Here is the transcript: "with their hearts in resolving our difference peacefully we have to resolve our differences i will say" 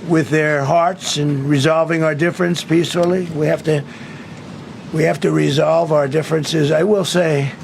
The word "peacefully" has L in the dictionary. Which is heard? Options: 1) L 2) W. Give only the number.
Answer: 2